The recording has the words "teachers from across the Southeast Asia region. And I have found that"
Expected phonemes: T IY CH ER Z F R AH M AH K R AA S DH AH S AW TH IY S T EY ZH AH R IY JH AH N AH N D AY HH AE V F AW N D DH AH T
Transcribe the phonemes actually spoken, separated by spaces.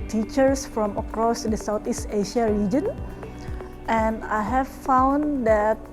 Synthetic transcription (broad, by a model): T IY CH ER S F R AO M AH K R AA S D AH S AW T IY S T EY SH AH R IY JH AH N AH N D AY HH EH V F AW N D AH T